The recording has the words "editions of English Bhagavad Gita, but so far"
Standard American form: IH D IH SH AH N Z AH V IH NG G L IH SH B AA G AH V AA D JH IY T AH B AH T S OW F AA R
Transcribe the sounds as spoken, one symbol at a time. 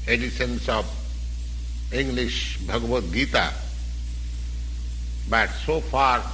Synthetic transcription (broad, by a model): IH D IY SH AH N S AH B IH NG G L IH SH B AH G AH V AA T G IY T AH B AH T S OW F AA R